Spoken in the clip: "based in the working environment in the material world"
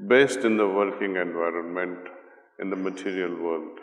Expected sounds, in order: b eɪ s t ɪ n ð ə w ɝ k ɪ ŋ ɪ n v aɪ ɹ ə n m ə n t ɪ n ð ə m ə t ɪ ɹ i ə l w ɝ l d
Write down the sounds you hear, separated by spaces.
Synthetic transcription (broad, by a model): b eɪ s t ɪ n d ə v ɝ k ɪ ŋ ɪ n v aɪ ɹ ə n m ə n t ɪ n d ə m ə t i ɹ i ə l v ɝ l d